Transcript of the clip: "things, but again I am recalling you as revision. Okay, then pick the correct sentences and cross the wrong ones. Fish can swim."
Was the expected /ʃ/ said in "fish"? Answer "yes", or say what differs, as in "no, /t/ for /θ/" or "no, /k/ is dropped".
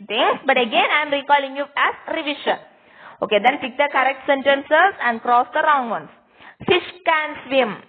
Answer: yes